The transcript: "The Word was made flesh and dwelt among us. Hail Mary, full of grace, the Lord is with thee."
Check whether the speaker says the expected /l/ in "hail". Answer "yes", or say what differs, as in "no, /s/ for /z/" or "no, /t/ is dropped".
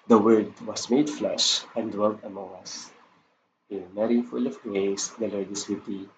no, /n/ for /l/